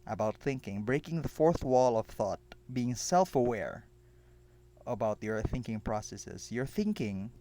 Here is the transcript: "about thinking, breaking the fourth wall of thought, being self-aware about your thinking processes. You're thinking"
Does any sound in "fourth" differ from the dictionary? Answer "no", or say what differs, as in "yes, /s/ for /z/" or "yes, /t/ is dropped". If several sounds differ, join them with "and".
no